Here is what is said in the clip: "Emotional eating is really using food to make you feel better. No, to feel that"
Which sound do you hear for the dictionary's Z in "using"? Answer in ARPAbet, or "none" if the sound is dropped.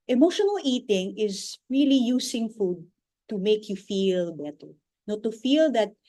S